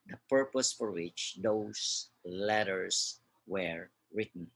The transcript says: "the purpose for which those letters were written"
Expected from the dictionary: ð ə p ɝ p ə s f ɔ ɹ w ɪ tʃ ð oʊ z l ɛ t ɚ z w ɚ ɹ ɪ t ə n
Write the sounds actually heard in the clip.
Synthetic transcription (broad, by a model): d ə p ɝ p ə s f ɔ ɹ w ɪ tʃ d oʊ s l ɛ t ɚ s w ɚ ɹ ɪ t n